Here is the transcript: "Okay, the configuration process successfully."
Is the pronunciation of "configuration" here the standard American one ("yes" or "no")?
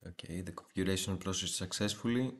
no